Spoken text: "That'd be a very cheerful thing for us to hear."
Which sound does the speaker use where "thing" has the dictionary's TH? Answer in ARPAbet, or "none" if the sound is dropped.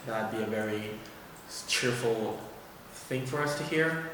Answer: TH